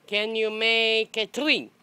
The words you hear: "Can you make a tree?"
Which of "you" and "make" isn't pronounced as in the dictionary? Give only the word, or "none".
none